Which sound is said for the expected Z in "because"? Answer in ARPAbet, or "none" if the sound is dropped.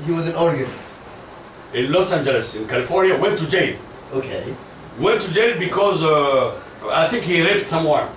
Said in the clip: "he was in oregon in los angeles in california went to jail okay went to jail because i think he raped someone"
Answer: Z